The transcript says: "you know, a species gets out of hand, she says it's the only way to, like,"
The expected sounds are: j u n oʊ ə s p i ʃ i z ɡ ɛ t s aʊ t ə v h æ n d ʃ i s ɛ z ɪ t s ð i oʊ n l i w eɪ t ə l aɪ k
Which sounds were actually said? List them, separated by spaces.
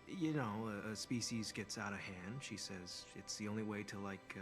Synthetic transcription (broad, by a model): j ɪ n oʊ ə s p i ʃ i z ɡ ɛ t s aʊ t ə v h æ n d ʃ i s ɛ z ɪ t s ð i oʊ n l i w eɪ t ə l aɪ k